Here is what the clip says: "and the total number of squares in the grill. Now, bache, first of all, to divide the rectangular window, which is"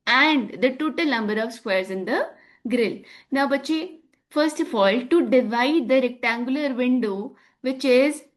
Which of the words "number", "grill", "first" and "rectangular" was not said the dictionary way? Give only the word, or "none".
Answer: none